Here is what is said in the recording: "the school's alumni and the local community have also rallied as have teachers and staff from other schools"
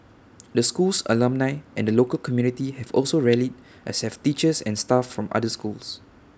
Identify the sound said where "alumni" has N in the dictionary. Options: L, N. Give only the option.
N